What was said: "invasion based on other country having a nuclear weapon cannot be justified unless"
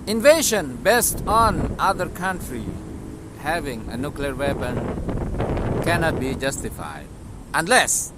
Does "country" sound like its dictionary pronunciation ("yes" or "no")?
yes